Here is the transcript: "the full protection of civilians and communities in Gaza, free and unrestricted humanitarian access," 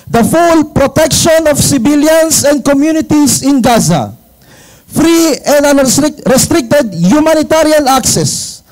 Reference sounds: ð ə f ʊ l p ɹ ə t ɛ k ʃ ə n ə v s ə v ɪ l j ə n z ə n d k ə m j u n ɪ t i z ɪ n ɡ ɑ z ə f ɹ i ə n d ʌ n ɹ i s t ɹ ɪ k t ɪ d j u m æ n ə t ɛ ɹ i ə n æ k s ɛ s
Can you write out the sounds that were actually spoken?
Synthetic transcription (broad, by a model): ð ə f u l p ɹ ə t ɛ k ʃ ə n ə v s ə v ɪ l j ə n s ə n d k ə m j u n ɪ t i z ɪ n ɡ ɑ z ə f ɹ i ə n d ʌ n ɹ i s t ɹ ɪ k t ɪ d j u m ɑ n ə t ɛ ɹ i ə n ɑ k s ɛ s